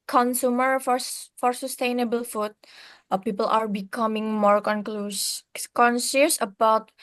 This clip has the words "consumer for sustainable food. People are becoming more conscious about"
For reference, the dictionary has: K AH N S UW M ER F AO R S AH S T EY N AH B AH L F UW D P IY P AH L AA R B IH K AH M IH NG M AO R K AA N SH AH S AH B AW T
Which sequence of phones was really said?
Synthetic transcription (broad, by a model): K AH N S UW M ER F AO R S AH S T EY N AH B AH L F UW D P IY P AH L AA R B IH K AH M IH NG M AO R K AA N S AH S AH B AW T